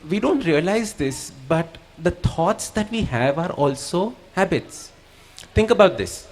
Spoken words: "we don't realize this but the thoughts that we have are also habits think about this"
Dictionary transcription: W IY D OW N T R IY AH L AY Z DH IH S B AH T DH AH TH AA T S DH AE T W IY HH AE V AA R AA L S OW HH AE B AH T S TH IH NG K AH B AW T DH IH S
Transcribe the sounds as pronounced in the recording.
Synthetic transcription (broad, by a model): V IY D OW N T R IY AH L AY Z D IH S B AH T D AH T AA T S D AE T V IY HH AE V AA R AA L S OW HH AE B AH T S T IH NG K AH B AW T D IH S